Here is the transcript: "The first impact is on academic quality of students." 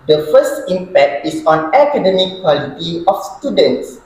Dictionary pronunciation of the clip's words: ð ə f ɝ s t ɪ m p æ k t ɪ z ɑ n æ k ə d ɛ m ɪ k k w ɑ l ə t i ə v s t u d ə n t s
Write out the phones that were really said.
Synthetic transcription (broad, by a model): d ə f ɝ s t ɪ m p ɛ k t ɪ s ɑ n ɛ k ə d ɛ m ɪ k k w ɑ l ə t i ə f s t u d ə n t s